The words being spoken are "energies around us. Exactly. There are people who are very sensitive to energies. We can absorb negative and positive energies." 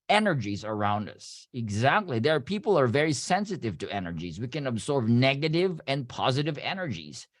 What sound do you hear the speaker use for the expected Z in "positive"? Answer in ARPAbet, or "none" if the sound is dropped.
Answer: Z